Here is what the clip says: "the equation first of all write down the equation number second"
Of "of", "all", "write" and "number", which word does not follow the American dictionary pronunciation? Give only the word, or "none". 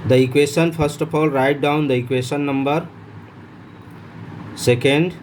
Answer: of